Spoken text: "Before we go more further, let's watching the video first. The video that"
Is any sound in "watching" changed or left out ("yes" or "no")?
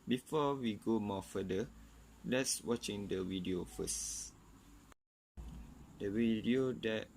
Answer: no